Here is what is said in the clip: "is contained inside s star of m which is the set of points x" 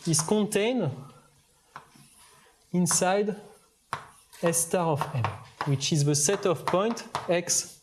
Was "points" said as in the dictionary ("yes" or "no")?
no